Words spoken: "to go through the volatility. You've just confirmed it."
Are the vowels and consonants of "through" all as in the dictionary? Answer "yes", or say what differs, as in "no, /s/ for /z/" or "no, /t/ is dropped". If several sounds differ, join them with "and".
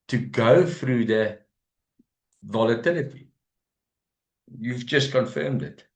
no, /f/ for /θ/